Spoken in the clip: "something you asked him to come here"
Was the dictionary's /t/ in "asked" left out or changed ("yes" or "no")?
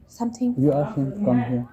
yes